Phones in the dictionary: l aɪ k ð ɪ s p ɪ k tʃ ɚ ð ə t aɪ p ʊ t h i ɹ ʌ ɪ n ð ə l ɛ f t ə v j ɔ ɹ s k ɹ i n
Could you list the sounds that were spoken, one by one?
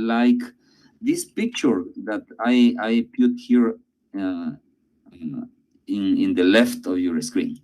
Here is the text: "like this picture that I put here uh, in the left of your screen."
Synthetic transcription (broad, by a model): l aɪ k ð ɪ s p ɪ k tʃ ɚ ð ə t aɪ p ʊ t h i ɹ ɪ ɪ n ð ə l ɛ f t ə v j ɔ ɹ s k ɹ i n